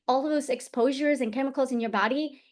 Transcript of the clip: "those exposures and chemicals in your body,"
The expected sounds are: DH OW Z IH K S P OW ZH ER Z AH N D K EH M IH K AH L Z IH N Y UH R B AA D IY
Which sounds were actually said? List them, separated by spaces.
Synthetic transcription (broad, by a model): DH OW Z IH K S P OW ZH ER Z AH N K EH M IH K L Z IH N Y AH R B AA D IY